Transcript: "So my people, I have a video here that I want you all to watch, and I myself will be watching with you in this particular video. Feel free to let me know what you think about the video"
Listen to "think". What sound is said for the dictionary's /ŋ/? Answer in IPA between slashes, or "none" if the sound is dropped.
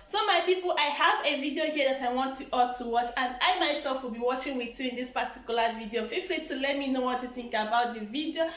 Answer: /ŋ/